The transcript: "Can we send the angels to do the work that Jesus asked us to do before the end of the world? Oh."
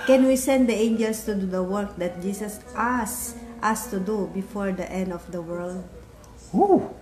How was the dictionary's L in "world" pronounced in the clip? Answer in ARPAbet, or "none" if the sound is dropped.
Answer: L